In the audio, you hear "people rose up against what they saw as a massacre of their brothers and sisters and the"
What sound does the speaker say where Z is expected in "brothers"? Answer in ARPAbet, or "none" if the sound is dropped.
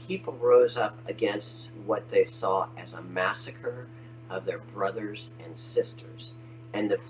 Z